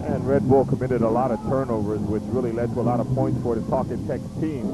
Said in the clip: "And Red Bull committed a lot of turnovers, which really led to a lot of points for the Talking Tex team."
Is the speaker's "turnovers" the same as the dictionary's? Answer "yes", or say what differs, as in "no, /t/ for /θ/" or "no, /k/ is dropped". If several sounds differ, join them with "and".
yes